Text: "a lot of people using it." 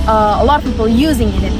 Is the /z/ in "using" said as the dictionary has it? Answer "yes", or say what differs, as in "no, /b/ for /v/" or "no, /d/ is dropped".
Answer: yes